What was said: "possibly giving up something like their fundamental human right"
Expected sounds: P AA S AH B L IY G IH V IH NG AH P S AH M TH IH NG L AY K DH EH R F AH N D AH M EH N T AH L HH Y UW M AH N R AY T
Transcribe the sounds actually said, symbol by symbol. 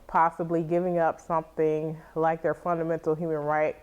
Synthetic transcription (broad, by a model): P AA S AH B L IY G IH V IH NG AH P S AH M TH IH NG L AY K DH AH R F AH N D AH M EH N T L HH Y UW M AH N R AY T